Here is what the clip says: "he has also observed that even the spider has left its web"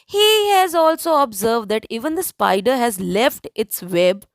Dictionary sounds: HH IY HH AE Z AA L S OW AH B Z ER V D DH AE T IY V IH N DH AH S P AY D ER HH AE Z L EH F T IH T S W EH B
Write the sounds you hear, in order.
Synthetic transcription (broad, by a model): HH IY HH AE Z AA L S OW AH B Z ER V D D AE T IY V IH N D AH S P AY D ER HH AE Z L EH F T IH T S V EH B